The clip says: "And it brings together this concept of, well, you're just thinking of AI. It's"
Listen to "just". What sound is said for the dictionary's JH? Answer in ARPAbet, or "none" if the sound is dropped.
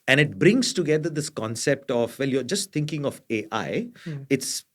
JH